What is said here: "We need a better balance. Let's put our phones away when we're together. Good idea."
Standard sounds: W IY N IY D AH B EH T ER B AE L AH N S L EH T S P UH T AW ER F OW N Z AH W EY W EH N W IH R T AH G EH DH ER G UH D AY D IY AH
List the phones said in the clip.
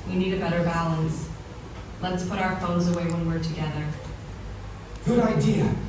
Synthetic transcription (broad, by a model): W IY N IY D AH B EH T ER B AE L AH N S L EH T S P UH T AW ER F OW N Z AH W EY W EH N W IH R T AH G EH DH ER G UH D AY D IY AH